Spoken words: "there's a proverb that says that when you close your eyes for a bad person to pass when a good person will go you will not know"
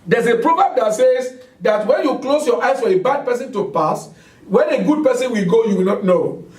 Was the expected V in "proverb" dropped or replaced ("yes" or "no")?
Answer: yes